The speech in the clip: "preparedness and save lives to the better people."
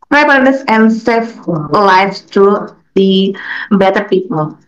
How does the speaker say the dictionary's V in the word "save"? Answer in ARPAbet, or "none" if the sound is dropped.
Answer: F